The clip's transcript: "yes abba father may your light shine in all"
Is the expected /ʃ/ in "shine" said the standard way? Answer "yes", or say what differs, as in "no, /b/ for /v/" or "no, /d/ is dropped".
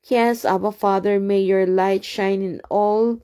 yes